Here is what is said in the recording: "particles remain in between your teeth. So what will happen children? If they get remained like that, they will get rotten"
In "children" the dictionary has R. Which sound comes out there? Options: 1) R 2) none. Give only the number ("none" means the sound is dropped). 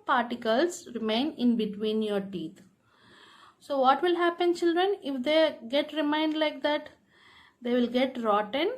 1